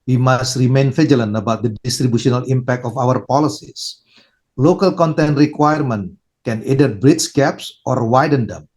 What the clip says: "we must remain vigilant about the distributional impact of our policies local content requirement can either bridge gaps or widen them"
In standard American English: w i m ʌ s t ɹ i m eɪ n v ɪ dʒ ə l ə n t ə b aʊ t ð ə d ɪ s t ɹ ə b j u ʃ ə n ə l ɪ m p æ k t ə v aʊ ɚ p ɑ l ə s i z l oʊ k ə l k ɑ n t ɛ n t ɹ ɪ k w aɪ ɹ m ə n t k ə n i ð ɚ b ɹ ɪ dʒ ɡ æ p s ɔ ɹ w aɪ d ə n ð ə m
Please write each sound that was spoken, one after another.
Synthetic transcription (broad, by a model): w i m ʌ s t ɹ i m eɪ n f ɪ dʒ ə l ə n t ə b aʊ t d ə d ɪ s t ɹ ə b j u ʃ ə n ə l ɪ m p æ k t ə f aʊ ɚ p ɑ l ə s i s l oʊ k ə l k ɑ n t ɛ n t ɹ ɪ k w aɪ ɹ m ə n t k ə n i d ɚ b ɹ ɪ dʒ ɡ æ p s ɔ ɹ w aɪ d ə n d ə m